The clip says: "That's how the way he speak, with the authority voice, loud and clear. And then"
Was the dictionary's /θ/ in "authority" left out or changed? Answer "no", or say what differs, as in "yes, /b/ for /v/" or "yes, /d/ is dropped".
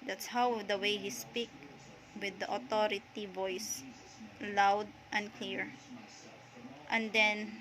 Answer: yes, /t/ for /θ/